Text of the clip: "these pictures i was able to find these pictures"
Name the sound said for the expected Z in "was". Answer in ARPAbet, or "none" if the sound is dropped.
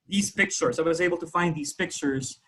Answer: Z